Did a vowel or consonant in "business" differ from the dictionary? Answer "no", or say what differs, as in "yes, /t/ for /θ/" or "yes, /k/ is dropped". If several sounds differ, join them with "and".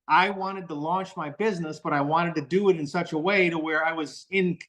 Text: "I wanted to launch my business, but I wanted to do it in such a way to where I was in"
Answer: no